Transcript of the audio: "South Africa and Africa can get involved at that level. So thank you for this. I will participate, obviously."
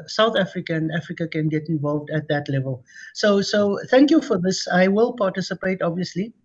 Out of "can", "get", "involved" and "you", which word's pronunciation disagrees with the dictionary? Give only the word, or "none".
none